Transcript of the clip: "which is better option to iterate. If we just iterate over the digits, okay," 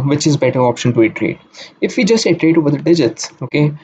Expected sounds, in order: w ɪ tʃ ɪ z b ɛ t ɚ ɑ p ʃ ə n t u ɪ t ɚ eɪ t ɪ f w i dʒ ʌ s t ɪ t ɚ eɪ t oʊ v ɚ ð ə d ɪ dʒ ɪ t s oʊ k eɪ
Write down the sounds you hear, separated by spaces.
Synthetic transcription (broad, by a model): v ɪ tʃ ɪ z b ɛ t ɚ ɑ p ʃ ə n t u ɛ t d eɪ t ɪ f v i dʒ ʌ s t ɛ t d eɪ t oʊ v ɚ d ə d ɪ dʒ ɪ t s oʊ k eɪ